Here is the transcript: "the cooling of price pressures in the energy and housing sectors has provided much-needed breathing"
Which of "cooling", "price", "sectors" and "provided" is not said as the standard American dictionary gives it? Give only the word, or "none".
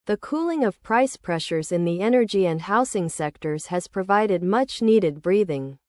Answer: none